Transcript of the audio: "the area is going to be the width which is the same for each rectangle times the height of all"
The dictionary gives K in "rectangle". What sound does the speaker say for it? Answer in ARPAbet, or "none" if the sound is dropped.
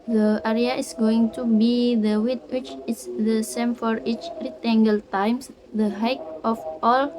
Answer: none